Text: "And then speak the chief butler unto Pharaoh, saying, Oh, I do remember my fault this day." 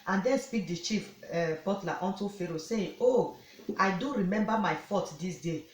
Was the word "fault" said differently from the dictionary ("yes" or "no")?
yes